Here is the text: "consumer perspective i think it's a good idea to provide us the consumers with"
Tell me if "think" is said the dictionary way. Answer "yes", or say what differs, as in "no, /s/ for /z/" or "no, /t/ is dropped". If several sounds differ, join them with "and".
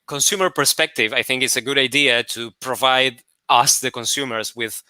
yes